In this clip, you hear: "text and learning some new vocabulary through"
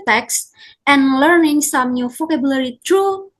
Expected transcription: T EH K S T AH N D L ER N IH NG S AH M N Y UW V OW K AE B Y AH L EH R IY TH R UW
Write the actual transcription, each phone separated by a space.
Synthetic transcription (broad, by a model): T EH K S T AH N L ER N IH NG S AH M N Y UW F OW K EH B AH L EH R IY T R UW